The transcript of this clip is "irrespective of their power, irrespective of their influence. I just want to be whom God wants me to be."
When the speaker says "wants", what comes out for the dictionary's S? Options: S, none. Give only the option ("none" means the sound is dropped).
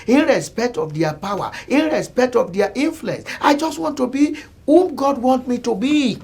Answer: none